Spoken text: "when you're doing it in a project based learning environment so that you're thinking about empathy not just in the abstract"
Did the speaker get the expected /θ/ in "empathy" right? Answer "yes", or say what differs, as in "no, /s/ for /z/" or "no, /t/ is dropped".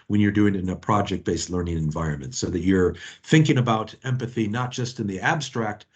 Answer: yes